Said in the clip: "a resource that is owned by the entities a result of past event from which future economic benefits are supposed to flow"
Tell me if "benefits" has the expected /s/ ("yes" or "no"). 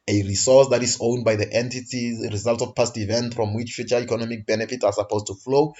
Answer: no